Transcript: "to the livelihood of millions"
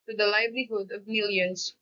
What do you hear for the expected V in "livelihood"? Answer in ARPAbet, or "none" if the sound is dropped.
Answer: V